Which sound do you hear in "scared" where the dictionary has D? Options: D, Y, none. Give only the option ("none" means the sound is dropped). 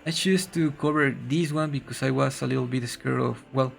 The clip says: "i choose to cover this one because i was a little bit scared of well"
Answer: none